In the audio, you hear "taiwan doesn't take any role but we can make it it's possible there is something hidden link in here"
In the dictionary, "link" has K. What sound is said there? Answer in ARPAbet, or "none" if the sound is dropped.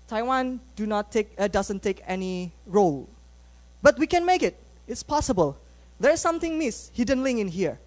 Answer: none